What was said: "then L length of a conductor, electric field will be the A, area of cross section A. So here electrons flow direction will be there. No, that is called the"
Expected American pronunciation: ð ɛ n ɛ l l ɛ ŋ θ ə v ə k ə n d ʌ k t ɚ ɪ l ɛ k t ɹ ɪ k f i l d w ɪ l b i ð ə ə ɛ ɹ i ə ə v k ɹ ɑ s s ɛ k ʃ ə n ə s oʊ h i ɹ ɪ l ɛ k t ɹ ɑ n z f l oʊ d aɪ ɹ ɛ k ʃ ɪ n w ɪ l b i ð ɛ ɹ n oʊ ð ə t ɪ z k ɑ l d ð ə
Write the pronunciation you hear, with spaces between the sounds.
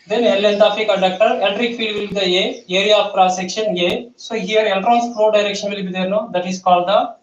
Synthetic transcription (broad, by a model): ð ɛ n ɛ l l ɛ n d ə f ə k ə d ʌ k t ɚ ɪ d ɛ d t ɹ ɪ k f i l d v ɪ l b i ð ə ə ɛ ɹ i ə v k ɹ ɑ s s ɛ k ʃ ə n ə s oʊ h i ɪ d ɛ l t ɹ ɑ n s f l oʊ d aɪ ɹ ɛ k ʃ ɪ n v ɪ l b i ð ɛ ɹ n oʊ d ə t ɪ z k ɑ l d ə